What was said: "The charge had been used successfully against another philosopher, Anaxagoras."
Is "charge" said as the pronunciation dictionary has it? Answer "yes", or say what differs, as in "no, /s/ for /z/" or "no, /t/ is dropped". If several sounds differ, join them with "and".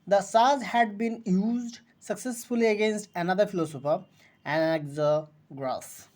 no, /s/ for /tʃ/